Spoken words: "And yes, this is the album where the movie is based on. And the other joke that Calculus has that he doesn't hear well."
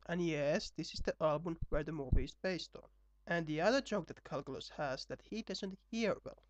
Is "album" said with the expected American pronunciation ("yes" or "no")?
yes